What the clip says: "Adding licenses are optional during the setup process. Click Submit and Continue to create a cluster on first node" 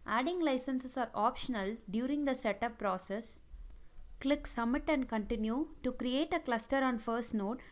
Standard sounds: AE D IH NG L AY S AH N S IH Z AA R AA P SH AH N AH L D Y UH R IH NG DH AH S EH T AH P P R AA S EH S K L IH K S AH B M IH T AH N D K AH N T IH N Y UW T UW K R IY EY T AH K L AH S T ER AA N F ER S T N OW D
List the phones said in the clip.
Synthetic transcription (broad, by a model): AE D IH NG L AY S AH N S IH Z AA R AA P SH AH N AH L D Y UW R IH NG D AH S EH T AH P P R AA S EH S K L IH K S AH M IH T AH N D K AH N T IH N Y UW T UW K R IY EY T AH K L AH S T ER AA N F ER S T N OW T